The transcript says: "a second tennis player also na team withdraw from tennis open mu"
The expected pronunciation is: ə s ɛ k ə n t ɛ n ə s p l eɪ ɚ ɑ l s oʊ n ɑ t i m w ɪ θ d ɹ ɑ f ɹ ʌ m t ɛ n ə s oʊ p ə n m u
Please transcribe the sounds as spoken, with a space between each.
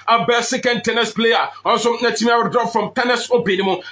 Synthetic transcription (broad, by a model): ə s ɛ k ə n t ɛ n ə s p l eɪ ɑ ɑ n s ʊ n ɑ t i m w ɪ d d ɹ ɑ f ɹ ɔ m t ɛ n ə s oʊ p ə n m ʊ